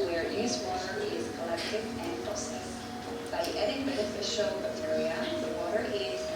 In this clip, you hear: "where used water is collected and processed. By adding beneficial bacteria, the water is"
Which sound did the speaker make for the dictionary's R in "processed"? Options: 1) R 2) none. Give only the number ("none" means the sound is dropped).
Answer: 2